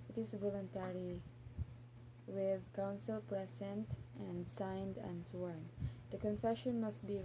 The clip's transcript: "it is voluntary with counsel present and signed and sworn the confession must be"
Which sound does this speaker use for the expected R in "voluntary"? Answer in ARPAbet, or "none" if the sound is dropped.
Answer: R